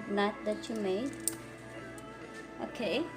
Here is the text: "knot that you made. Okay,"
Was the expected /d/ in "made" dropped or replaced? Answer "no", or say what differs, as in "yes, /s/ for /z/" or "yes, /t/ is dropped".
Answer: yes, /d/ is dropped